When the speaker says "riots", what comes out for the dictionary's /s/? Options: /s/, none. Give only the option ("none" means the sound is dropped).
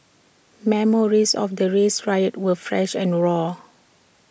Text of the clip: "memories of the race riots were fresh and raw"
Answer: none